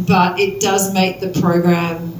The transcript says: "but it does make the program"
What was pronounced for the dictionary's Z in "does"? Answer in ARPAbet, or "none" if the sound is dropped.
Z